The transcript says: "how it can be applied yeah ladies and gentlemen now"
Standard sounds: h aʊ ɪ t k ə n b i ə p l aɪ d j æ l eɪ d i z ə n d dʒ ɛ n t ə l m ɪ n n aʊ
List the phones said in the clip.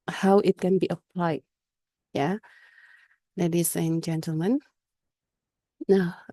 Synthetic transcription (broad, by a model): h aʊ ɪ t k ə n b i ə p l aɪ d j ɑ l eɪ d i s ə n dʒ ɛ n t ə l m ɪ n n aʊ